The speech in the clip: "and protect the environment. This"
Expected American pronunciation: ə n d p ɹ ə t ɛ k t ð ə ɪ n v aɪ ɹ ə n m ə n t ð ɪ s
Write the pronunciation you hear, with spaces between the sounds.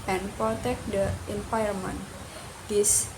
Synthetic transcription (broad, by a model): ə n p ɹ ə t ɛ k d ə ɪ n p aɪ ə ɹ m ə n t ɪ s